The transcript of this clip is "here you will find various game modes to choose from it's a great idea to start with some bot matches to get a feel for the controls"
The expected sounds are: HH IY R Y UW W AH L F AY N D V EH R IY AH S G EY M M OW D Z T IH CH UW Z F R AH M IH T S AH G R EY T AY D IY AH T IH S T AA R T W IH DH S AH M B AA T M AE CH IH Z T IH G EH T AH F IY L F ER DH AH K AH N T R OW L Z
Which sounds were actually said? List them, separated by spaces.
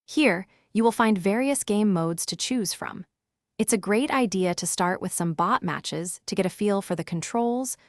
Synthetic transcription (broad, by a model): HH IY R Y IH W AH L F AY N D V EH R IY AH S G EY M M OW D Z T IH CH UW Z F R AH M IH T S AH G R EY T AY D IY AH T IH S T AA R T W IH DH S AH M B AA T M AE CH IH Z T IH G EH T AH F IY L F ER DH AH K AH N T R OW L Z